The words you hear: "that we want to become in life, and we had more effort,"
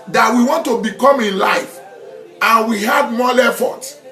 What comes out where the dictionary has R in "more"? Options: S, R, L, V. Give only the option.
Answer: L